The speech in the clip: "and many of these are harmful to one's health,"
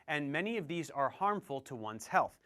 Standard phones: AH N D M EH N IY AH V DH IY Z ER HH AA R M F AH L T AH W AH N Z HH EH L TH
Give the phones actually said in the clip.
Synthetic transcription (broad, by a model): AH N M EH N IY AH V DH IY Z ER HH AA R M F AH L T AH W AH N Z HH EH L TH